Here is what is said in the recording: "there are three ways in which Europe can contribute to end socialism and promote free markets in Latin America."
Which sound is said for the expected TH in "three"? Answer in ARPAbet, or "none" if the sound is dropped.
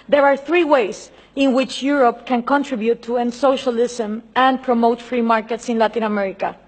TH